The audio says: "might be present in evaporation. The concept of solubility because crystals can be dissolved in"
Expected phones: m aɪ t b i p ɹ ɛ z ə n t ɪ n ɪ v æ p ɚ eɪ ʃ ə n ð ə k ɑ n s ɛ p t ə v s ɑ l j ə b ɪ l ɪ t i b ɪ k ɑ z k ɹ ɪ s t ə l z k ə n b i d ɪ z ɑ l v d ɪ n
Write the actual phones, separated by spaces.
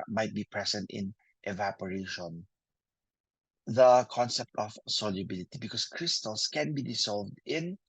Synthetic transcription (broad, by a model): m aɪ t b i p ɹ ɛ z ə n t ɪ n ɪ v æ p ɚ eɪ ʃ ə n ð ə k ɑ n s ɛ p t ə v s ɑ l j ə b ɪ l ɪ t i b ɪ k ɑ s k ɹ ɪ s t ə l s k ə n b i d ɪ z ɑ l v d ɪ n